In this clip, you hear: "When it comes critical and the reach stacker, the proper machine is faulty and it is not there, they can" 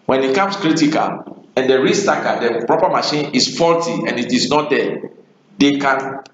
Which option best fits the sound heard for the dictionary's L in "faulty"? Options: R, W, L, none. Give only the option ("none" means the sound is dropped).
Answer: L